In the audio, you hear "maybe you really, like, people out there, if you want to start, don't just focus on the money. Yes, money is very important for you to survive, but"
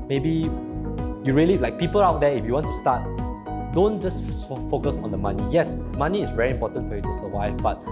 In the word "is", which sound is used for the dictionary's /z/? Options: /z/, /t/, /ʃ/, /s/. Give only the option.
/s/